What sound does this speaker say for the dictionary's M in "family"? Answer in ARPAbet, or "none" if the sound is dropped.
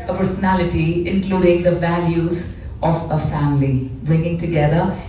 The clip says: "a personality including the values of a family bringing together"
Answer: M